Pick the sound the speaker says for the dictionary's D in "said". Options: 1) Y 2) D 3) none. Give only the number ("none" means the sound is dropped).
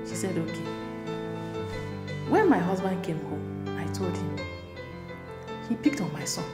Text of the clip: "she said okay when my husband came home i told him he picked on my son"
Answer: 2